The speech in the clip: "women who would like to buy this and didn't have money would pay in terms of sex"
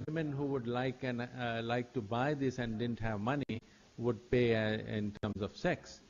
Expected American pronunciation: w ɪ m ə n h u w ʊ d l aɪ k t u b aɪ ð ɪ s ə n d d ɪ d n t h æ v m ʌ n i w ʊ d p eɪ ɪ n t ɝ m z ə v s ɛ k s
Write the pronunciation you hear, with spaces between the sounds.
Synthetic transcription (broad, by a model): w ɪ m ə n h u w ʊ d l aɪ k t u b aɪ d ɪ s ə n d d ɪ d n t h æ v m ʌ n i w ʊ d p eɪ ɪ n t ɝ m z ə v s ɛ k s